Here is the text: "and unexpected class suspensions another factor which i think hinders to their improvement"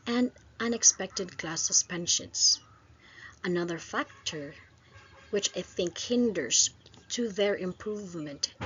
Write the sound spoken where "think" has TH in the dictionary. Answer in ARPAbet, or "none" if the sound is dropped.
TH